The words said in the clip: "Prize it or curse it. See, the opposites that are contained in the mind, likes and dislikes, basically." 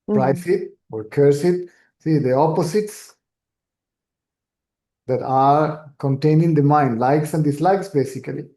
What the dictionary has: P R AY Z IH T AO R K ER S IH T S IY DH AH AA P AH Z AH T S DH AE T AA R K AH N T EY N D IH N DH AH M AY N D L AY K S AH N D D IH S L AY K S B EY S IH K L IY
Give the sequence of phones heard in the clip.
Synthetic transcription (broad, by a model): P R AY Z IH T AO R K ER S IH T S IY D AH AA P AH S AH T S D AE T AA R K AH N T EY N IH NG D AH M AY N D L AY K S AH N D D IH S L AY K S B EY S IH K L IY